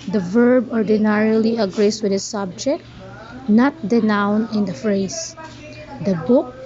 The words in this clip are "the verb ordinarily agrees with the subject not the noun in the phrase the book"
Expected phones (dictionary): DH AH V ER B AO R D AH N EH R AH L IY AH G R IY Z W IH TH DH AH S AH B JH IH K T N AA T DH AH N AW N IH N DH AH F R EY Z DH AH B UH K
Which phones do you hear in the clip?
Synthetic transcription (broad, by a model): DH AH V ER B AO R D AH N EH R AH L IY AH G R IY S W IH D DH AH S AH B JH IH K T N AA T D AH N AW N IH N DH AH F R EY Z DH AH B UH K